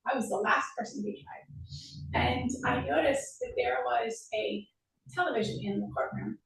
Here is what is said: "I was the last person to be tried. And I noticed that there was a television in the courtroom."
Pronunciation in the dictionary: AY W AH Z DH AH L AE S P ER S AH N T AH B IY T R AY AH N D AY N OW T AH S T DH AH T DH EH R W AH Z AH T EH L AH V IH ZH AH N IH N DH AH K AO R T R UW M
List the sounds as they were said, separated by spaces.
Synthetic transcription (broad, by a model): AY W AH Z DH AH L AE S P ER S AH N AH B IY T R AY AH N AY N OW T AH S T DH AH T DH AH R W AH Z AH T EH L AH V IH ZH AH N IH N DH AH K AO R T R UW M